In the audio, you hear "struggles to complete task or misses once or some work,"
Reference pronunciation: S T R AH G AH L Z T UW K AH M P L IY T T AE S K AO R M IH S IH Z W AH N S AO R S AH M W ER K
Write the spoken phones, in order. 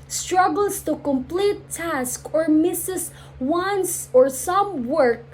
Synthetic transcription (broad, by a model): S T R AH G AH L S T UW K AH M P L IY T T AE S K AO R M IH S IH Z W AH N S AO R S AH M W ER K